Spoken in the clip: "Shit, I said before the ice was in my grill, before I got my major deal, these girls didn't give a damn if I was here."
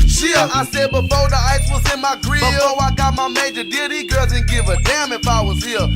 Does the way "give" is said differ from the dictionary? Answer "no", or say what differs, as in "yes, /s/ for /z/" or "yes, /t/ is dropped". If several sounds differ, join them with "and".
no